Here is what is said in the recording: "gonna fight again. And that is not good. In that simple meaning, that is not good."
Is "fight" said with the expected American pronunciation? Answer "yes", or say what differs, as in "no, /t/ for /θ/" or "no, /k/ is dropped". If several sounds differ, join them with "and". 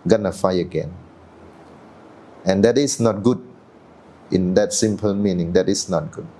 no, /t/ is dropped